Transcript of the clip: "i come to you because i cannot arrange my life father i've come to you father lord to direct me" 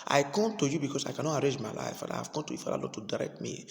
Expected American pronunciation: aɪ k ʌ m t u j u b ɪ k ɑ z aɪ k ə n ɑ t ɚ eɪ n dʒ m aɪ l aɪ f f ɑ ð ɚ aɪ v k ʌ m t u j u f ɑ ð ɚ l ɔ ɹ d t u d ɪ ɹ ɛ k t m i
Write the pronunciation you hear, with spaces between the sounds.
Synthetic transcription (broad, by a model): aɪ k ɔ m t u j u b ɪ k ɑ s aɪ k ə n ɑ t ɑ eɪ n dʒ m aɪ l aɪ f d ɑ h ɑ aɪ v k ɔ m t u j u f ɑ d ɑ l ɔ t u d ɪ ɹ ɛ k t m i